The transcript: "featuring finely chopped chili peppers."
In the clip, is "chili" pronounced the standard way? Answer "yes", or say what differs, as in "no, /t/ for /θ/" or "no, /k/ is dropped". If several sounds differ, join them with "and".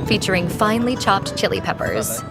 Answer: yes